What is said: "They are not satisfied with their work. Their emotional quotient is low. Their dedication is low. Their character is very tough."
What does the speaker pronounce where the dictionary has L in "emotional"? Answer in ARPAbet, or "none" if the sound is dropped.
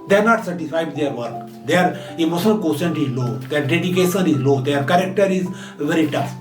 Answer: N